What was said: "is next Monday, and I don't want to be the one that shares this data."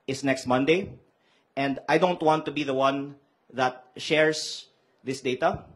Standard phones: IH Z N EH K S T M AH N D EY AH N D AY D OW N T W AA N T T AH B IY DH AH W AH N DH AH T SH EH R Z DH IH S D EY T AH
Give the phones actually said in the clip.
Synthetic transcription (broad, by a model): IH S N EH K S T M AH N D EY AH N D AY D OW N T W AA N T T AH B IY DH AH W AH N DH AH T SH EH R S DH IH S D EY T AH